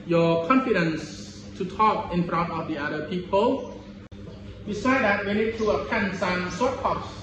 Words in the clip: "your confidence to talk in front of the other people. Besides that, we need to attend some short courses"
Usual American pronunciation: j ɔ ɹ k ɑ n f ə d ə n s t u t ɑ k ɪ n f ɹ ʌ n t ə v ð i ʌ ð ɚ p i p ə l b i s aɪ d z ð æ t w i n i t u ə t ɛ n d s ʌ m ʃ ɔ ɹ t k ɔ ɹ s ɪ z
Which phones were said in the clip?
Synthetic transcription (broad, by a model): j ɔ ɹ k ɑ n f ə d ə n s t u t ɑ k ɪ n f ɹ ʌ n t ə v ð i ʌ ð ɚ p i p ə l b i s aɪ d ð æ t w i n i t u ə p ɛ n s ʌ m s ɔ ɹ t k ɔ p s